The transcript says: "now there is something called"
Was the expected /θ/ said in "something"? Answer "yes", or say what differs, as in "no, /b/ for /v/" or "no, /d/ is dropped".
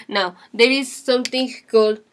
no, /t/ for /θ/